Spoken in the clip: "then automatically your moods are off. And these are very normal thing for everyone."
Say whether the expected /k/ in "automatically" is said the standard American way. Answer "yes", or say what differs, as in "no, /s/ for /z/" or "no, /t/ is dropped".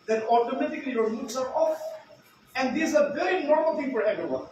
yes